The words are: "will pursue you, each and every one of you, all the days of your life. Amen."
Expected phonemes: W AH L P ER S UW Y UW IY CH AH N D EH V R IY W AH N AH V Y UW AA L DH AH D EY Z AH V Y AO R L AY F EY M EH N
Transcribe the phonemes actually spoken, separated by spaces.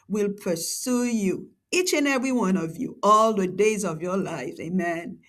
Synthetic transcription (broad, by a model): W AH L P ER S UW Y UW IY CH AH N EH V R IY W AH N AH V Y UW AA L DH AH D EY Z AH V Y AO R L AY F EY M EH N